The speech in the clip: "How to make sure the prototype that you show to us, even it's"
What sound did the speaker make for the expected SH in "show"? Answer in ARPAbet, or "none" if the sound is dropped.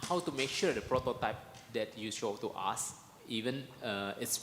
S